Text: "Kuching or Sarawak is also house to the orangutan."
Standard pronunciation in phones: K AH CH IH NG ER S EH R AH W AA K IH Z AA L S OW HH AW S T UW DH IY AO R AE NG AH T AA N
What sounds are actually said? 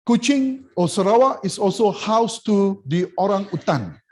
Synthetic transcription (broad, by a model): K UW CH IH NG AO S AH R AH W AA IH S AA L S OW HH AW S T UW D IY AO R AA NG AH T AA N